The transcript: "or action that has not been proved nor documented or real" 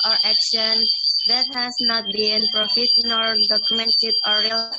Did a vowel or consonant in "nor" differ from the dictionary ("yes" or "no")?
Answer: yes